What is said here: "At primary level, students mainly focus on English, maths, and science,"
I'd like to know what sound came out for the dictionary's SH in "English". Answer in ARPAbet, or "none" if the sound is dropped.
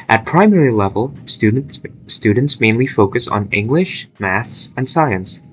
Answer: SH